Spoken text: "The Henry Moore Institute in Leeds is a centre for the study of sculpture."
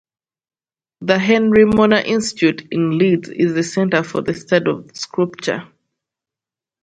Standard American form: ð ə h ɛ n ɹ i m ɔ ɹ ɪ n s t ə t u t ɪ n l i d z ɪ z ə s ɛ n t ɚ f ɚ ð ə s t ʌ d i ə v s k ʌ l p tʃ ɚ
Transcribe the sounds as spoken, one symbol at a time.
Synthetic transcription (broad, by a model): ð ə h ɛ n ɹ i m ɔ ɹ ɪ n s t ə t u t ɪ n l i d z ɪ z ə s ɛ n t ɚ f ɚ ð ə s t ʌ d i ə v s k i p tʃ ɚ